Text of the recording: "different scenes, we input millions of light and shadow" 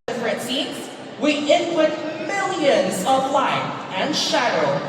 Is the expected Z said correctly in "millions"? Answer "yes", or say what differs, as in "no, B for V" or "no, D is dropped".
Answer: yes